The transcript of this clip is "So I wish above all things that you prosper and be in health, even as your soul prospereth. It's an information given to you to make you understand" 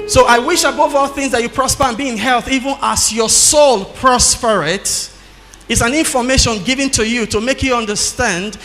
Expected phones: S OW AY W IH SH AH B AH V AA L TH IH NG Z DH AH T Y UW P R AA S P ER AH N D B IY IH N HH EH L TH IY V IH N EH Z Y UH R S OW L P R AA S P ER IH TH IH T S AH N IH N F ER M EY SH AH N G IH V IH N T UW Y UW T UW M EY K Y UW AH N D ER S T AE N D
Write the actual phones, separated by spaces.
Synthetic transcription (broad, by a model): S OW AY W IH SH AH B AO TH AA L TH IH NG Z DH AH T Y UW P R AA S P ER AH N B IY IH N HH EH L TH IY V IH N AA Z Y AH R S OW L P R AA S P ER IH T IH T S AH N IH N F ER M EY SH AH N G IH V IH N T UW Y UW T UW M EY K Y UW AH N D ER S T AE N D